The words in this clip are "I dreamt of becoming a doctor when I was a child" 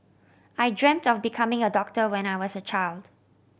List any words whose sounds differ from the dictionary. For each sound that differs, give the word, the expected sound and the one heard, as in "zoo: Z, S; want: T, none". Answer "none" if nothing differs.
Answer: none